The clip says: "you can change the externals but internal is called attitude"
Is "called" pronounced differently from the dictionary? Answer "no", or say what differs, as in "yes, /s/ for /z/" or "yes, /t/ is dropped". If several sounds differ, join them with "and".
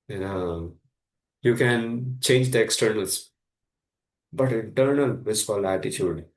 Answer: yes, /d/ is dropped